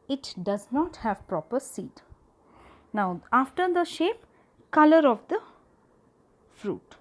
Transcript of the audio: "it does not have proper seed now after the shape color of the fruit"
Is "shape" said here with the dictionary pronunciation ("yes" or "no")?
yes